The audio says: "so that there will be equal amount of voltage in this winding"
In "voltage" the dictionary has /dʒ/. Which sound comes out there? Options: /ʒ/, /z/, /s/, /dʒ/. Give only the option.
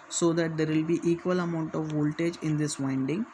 /dʒ/